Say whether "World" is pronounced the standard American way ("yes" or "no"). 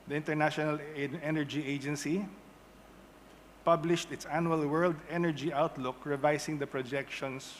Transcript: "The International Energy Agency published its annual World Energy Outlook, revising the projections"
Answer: yes